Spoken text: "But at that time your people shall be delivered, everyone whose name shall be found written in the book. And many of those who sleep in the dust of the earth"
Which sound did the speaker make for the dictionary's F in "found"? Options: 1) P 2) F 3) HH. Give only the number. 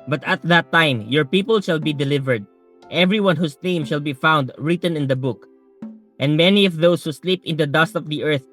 2